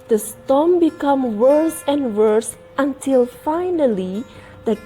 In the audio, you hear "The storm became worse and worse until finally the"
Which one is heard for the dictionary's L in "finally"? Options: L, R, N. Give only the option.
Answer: L